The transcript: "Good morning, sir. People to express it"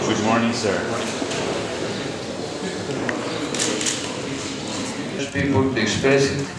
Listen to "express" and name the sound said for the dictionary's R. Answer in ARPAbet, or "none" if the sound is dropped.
none